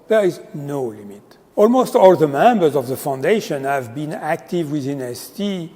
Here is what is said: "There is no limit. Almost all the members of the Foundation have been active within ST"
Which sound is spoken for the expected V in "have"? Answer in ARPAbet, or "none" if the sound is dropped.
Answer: V